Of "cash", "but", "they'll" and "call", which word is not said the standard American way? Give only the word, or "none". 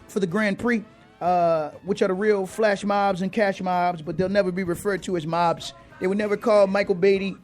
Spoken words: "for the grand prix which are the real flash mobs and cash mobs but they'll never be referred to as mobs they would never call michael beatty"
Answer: none